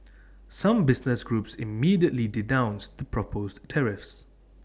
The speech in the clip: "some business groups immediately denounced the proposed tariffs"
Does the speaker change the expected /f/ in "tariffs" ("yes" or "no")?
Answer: no